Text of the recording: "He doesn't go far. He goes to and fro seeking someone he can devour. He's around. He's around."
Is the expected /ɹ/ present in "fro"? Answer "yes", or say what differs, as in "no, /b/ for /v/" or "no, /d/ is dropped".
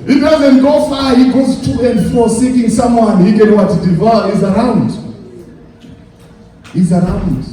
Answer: no, /ɹ/ is dropped